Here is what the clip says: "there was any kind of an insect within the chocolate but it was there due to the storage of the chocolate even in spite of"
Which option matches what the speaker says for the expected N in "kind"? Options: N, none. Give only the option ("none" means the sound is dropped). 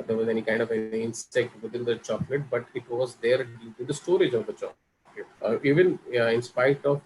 N